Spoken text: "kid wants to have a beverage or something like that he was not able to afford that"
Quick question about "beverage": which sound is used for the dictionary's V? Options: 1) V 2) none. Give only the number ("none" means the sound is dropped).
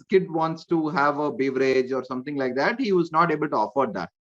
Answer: 1